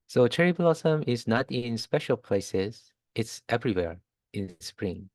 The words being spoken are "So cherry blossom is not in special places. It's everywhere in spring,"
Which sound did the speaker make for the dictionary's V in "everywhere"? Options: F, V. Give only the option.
V